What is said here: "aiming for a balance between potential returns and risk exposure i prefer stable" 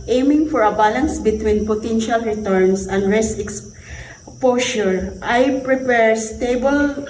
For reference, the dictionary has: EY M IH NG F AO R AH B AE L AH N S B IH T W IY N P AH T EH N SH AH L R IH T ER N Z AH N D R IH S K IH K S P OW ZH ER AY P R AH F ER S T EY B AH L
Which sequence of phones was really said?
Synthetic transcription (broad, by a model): EY M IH NG F AO R AH B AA L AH N S B IH T W IY N P AH T EH N SH AH L R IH T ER N S AH N D R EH S IH K S P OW SH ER AY P R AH P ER S T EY B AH L